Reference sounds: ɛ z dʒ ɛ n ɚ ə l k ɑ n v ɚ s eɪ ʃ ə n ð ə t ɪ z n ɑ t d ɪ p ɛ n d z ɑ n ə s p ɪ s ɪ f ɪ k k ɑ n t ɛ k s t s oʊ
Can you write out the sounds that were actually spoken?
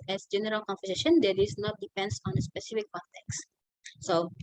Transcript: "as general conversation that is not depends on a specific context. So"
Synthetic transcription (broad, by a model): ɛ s dʒ ɛ n ɚ ə l k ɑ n f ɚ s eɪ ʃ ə n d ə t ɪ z n ɑ t d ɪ p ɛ n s ɑ n ə s p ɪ s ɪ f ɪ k k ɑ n t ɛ k s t s oʊ